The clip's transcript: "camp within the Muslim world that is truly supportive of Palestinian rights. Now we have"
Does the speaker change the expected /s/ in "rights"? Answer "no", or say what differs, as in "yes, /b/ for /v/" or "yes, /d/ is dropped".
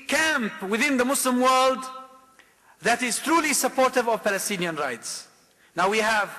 no